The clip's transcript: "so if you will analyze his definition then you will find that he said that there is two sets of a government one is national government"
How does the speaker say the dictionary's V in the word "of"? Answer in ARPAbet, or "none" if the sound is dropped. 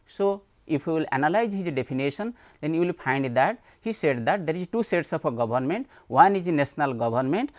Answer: P